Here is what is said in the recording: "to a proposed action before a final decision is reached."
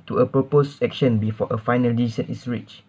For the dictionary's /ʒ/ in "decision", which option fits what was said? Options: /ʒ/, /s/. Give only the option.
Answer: /s/